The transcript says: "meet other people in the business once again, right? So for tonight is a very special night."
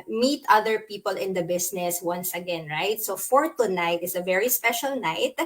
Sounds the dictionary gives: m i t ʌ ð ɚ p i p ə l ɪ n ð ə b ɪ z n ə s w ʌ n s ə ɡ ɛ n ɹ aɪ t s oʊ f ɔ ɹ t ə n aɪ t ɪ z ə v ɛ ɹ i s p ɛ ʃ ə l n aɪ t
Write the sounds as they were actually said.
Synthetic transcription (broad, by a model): m i t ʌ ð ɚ p i p ə l ɪ n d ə b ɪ s n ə s w ʌ n s ə ɡ ɛ n ɹ aɪ t s oʊ f ɔ ɹ t ə n aɪ t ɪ s ə v ɛ ɹ i s p ɛ ʃ ə l n aɪ t